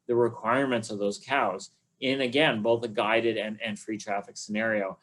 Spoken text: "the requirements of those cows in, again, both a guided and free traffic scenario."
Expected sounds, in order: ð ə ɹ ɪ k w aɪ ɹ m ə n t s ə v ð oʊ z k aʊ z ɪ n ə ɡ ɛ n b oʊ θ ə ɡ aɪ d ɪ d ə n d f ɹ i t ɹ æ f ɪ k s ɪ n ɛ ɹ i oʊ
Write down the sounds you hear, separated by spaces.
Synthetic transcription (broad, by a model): ð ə ɹ ɪ k w aɪ ɹ m ə n t s ə v ð oʊ z k aʊ z ɪ n ə ɡ ɛ n b oʊ θ ə ɡ aɪ d ɪ d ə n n f ɹ i t ɹ æ f ɪ k s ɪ n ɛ ɹ i oʊ